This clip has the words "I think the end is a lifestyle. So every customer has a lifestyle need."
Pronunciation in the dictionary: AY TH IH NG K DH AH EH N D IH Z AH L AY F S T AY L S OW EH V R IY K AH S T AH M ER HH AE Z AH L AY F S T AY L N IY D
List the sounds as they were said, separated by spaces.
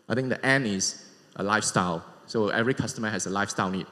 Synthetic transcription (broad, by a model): AY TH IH NG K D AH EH N IH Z AH L AY F S T AY L S OW EH V R IY K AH S T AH M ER HH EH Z AH L AY F S T AY L N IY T